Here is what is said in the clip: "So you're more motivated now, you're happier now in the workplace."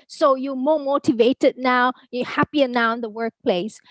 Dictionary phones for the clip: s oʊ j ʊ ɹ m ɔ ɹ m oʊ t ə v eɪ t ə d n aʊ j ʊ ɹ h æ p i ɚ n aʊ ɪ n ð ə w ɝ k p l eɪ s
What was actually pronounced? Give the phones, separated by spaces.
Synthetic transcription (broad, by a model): s oʊ j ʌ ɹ m ɔ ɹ m oʊ t ə v eɪ t ə d n aʊ j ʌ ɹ h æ p i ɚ n aʊ ɪ n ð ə w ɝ k p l eɪ s